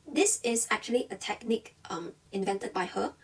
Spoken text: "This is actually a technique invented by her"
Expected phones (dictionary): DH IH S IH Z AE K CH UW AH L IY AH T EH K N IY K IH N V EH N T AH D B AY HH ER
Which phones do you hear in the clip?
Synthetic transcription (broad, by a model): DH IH S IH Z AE K CH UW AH L IY AH T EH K N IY K IH N V EH N T AH D B AY HH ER